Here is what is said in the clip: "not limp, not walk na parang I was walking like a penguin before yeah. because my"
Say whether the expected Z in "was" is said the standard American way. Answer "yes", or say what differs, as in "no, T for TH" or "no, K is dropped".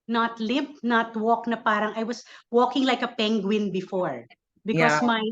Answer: no, S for Z